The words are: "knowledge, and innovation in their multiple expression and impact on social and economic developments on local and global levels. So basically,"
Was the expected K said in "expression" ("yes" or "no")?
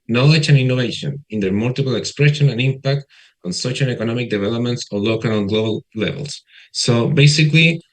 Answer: yes